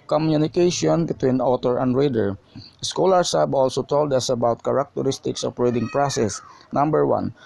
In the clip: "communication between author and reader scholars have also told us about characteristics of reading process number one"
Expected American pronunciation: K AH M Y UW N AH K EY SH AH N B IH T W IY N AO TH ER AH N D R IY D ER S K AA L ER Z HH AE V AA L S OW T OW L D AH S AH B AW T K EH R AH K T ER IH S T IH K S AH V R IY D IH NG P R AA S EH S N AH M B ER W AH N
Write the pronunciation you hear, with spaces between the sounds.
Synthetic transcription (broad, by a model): K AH M Y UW N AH K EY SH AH N B IH T W IY N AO T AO AH N D R IY D ER S K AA L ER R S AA B AA L S OW T OW L D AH S AH B AW T K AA R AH K T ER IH S T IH K S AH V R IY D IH NG P R AA S EH S N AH M B ER W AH N